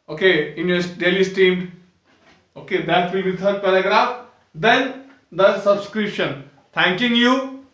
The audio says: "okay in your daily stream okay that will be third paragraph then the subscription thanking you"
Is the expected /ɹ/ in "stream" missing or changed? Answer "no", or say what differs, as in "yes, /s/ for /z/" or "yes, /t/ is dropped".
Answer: yes, /ɹ/ is dropped